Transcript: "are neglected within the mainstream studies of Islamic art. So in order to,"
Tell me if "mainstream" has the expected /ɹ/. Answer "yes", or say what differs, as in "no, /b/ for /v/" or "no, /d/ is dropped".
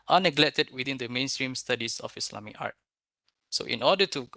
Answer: yes